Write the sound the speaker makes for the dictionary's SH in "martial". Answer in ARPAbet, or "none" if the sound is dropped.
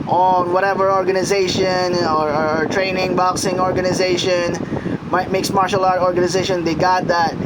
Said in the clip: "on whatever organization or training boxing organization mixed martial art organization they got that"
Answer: SH